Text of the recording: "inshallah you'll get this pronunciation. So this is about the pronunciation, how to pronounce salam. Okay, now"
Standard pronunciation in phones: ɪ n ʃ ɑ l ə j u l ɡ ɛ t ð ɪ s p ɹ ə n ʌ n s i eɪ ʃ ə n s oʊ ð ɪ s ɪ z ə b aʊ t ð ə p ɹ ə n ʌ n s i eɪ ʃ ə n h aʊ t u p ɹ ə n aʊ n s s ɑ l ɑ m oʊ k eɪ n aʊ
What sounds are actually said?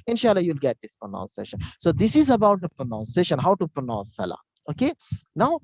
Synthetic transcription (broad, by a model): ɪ n ʃ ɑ l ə j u l ɡ ɛ t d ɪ s p ɹ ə n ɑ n s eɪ ʃ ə n s oʊ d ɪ s ɪ z ə b aʊ t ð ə p ɹ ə n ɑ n s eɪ ʃ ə n h aʊ t u p ɹ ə n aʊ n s s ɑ l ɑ oʊ k eɪ n aʊ